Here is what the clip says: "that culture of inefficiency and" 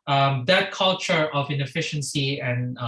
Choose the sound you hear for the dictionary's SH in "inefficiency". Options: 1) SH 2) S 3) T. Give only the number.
1